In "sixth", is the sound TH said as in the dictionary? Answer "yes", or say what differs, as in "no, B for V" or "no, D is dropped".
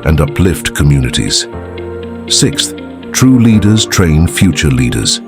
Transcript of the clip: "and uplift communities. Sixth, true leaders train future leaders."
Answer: yes